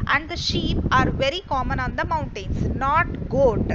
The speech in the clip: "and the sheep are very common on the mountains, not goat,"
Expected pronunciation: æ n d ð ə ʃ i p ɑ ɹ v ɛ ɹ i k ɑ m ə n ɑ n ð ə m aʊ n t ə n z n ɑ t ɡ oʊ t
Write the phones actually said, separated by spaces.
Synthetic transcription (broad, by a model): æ n d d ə ʃ i p ɑ ɹ v ɛ ɹ i k ɑ m ə n ɑ n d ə m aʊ n t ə n s n ɑ t ɡ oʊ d